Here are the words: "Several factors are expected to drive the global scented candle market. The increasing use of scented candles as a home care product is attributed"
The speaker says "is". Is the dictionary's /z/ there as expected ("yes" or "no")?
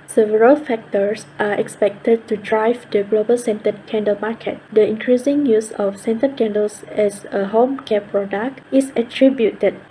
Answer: no